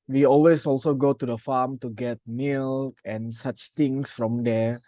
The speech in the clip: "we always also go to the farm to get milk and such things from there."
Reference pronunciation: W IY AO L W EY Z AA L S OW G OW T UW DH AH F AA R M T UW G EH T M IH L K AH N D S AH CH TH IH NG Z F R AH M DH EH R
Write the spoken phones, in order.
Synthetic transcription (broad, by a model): W IY AO L W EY S AA L S OW G OW T UW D AH F AA M T UW G EH T M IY L AH N S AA CH T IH NG S F R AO M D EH